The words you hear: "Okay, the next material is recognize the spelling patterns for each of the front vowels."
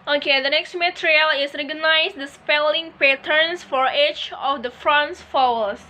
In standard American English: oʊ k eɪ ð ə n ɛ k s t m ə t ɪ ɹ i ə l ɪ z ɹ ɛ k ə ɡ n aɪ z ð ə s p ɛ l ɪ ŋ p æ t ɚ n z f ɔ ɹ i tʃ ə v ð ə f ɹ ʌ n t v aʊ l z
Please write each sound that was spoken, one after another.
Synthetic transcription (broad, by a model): oʊ k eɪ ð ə n ɛ k s t m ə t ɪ ɹ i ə l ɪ s ɹ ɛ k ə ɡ n aɪ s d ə s p ɛ l ɪ ŋ p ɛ t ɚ n s f ɔ ɹ i tʃ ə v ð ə f ɹ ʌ n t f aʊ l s